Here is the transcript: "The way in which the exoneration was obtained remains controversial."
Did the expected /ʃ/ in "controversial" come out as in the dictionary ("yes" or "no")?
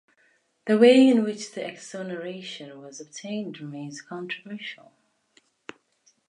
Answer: yes